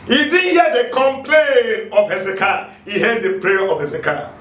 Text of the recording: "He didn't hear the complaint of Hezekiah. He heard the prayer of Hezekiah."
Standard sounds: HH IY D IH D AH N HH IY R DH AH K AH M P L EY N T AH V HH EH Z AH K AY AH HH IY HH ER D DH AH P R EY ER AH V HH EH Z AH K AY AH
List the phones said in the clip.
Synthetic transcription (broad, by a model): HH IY D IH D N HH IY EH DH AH K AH M P L EY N AH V HH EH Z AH K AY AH HH IY HH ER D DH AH P R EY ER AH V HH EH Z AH K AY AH